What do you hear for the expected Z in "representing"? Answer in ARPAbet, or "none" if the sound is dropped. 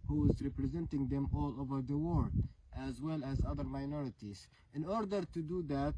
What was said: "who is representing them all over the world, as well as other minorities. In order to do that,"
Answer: Z